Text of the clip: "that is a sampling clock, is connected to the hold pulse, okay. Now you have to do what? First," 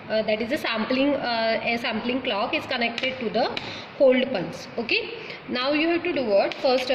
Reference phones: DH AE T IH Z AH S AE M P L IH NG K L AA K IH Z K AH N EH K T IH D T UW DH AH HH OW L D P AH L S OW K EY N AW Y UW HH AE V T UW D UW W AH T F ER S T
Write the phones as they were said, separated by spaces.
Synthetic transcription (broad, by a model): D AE T IH Z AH S AE M P L IH NG K L AA K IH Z K AH N EH K T IH D T UW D AH HH OW L D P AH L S OW K EY N AW Y UW HH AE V T UW D UW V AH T F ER S T